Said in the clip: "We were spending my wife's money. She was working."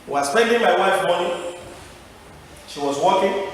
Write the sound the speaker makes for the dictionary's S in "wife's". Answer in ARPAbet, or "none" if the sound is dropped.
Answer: none